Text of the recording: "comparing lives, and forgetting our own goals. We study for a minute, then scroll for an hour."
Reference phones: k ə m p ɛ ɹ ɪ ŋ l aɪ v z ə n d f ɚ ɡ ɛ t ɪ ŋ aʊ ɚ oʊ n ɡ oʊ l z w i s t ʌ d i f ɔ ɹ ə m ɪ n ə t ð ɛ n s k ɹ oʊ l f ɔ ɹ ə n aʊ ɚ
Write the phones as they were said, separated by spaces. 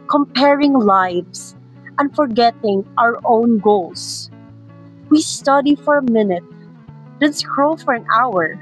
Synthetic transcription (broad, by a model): k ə m p ɛ ɹ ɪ ŋ l aɪ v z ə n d f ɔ ɡ ɛ t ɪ ŋ aʊ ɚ oʊ n ɡ oʊ l s w i s t ʌ d i f ɔ ɹ ə m ɪ n ə t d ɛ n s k ɹ oʊ f ɔ ɹ ə n aʊ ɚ